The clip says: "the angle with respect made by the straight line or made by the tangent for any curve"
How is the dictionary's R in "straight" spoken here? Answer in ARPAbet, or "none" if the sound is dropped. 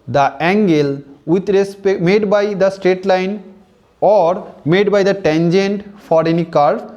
R